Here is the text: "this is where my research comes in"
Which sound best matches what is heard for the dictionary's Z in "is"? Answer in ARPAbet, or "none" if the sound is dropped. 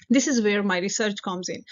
Z